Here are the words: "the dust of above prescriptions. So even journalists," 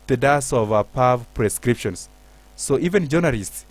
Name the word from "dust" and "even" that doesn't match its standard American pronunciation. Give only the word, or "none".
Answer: dust